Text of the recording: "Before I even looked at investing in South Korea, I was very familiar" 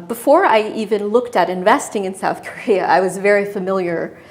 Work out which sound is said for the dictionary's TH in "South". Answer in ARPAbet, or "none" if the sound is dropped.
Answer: TH